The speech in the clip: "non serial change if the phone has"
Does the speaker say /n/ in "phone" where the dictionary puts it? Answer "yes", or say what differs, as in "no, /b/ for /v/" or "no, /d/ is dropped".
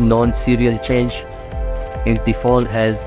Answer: no, /l/ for /n/